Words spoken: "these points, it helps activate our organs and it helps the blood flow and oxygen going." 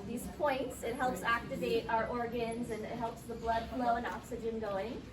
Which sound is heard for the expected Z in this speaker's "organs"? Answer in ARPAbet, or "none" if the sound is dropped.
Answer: Z